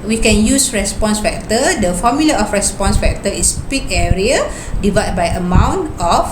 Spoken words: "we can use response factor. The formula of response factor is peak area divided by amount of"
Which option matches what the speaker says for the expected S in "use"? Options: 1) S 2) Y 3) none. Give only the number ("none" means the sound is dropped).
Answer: 1